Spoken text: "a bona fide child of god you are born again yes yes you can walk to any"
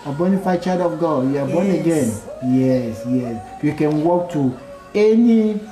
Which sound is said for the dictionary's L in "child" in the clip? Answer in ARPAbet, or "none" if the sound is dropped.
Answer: none